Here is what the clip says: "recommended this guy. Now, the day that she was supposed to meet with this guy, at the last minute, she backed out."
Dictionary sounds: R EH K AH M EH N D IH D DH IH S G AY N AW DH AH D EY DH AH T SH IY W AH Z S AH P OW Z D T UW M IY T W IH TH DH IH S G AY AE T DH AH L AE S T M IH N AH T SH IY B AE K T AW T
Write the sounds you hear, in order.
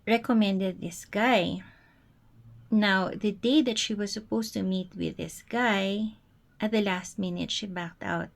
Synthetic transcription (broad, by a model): R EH K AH M EH N D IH D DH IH S G AY N AW DH AH D EY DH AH T SH IY W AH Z S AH P OW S T UW M IY T W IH DH IH S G AY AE T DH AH L AE S T M IH N AH T SH IY B AE K T AW T